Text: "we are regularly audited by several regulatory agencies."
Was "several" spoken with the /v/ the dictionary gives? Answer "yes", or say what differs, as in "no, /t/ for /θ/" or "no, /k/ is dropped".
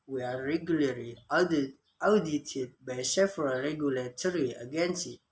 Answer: no, /f/ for /v/